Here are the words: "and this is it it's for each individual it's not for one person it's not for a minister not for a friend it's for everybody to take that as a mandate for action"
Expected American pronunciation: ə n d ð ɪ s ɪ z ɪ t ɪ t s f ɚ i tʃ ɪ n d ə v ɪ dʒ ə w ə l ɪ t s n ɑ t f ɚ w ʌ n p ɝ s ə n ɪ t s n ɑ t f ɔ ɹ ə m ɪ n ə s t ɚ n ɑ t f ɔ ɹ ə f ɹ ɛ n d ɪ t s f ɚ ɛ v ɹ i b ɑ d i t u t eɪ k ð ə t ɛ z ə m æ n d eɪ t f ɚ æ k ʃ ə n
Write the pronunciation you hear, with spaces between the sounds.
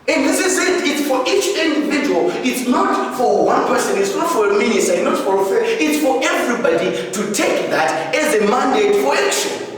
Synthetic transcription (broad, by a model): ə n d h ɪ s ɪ s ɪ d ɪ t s f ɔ i tʃ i n d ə v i dʒ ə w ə l ɪ t s n ɑ t f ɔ w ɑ n p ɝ s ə n ɪ t s n ɑ t f ɔ ɹ ə m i n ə s t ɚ n ɑ t f ɔ ɹ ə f ɛ ɪ t s f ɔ ɛ v ɹ i b ɑ d i t u t eɪ k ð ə t ɛ z ə m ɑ n d eɪ t f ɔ k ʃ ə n